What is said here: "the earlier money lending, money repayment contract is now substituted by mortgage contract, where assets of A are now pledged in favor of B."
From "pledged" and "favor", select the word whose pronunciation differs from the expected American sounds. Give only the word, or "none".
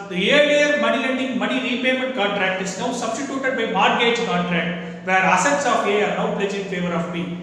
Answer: pledged